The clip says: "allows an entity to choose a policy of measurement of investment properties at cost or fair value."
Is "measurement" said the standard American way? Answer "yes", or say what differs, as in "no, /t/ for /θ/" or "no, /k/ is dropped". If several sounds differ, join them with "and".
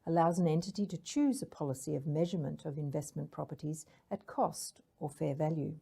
yes